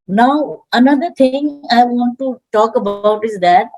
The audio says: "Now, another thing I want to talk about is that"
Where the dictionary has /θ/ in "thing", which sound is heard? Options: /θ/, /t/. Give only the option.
/t/